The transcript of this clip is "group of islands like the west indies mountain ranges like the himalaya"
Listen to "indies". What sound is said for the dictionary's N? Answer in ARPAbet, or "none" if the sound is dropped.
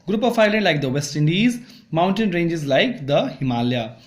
N